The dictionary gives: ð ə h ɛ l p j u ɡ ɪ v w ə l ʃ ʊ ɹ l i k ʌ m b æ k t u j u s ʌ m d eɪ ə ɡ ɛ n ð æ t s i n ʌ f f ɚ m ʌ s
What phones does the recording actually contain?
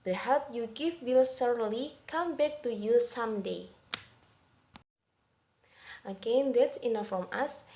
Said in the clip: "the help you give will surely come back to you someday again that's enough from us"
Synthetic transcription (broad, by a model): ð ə h ɛ l p j u ɡ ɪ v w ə l s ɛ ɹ l i k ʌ m b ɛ k t u j u s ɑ m d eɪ ə ɡ ɛ n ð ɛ t s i n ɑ f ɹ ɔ m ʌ s